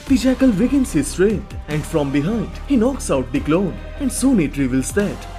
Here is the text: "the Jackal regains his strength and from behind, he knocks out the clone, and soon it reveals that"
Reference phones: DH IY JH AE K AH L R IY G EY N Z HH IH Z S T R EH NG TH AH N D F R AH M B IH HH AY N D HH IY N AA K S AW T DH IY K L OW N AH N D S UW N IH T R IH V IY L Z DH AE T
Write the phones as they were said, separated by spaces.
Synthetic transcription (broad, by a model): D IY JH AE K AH L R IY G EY N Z HH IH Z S T R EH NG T AH N D F R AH M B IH HH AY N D HH IY N AA K S AW T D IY K L OW N AH N D S UW N IH T R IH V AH L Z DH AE T